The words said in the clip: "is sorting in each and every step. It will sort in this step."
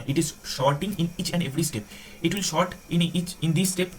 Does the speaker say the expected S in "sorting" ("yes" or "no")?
no